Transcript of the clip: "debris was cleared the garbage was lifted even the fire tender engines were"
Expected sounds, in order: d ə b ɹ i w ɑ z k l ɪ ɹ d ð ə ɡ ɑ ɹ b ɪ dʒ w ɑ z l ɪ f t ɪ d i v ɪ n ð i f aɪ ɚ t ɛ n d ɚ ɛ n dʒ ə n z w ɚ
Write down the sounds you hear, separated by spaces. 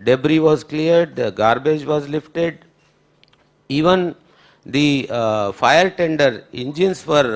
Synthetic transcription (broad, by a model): d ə b ɹ i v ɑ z k l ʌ ɹ d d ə ɡ ɑ ɹ b ɪ dʒ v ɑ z l ɪ f t ɪ d i v ɪ n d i f aɪ ɚ t ɛ n d ɚ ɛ n dʒ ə n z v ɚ